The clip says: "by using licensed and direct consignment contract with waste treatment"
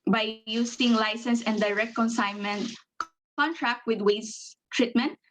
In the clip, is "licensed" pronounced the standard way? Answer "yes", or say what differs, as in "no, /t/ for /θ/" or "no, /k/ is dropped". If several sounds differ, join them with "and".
no, /t/ is dropped